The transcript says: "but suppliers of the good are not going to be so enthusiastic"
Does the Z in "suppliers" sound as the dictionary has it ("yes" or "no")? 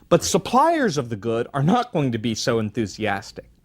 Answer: yes